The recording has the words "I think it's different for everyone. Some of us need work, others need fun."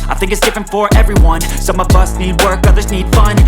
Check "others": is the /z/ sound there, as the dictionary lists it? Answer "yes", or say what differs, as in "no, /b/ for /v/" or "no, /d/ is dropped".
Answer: yes